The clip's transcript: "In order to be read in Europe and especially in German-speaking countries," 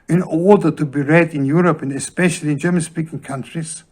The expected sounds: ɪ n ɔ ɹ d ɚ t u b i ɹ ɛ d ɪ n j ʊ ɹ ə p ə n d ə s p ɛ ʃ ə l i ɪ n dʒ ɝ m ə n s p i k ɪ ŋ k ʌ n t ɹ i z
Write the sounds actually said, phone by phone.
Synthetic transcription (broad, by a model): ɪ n ɔ ɹ d ɚ t u b i ɹ ɛ d ɪ n j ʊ ɹ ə p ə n ə s p ɛ ʃ ə l i ɪ n dʒ ɝ m ə n s p i k ɪ ŋ k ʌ n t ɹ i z